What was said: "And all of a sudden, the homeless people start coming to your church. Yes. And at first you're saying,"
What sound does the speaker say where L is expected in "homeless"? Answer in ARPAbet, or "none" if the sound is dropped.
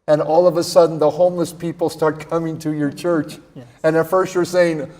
L